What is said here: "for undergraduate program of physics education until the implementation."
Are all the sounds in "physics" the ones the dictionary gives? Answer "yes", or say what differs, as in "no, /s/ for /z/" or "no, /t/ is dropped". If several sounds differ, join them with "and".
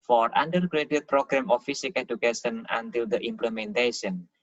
no, /s/ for /z/ and /s/ is dropped